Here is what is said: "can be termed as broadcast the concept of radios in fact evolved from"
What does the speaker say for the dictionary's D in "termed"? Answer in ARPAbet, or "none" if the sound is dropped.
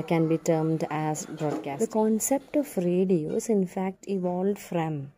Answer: D